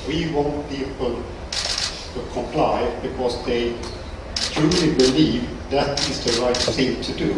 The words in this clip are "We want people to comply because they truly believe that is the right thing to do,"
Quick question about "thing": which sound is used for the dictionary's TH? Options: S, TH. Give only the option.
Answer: S